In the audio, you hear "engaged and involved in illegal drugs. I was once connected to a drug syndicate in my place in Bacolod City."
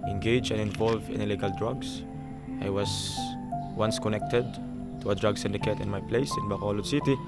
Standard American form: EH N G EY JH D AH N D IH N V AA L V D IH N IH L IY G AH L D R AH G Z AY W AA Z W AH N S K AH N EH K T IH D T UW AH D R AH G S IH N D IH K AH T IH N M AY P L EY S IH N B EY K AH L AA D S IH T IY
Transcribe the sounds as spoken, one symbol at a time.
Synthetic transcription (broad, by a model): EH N G EY JH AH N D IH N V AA L V IH N IH L IY G AH L D R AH G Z AY W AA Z W AH N S K AH N EH K T IH D T UW AH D R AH G S IH N D IH K AH T IH N M AY P L EY S IH N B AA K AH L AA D S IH T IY